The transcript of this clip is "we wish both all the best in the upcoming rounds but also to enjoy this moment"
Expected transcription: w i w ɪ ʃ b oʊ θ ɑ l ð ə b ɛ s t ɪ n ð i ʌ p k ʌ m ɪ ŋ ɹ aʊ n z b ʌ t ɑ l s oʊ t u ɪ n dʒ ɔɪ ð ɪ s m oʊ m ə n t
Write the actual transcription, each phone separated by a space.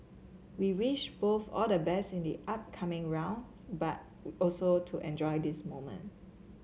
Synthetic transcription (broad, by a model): w i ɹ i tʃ b oʊ θ ɑ l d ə b ɛ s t ɪ n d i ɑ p k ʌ m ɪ ŋ ɹ aʊ n b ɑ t ɑ l s oʊ t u ɪ n dʒ ɔɪ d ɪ s m oʊ m ə n t